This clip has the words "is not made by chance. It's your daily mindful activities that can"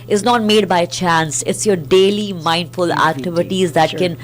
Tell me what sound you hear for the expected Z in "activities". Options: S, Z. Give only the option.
Z